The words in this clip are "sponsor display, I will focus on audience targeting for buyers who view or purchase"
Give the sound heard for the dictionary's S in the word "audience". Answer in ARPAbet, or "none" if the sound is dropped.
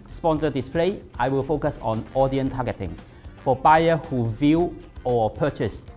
none